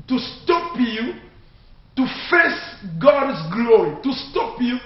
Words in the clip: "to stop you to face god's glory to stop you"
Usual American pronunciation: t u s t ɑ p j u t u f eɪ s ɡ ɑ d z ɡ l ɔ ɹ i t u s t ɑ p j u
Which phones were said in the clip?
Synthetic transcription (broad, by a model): t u s t ɑ p j u t u f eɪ s ɡ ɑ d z ɡ l ɔ ɹ i t u s t ɑ p j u